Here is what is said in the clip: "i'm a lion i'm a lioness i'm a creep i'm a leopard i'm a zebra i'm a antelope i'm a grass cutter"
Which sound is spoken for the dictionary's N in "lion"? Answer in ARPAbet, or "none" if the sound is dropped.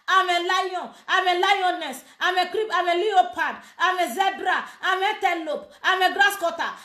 none